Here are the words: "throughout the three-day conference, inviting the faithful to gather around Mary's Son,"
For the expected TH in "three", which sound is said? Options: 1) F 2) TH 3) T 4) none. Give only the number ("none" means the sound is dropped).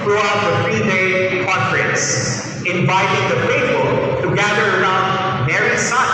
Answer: 1